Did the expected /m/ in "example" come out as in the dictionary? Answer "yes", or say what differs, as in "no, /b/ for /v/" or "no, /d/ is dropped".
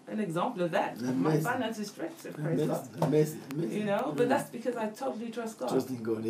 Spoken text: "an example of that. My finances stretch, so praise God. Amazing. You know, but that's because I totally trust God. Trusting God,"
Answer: yes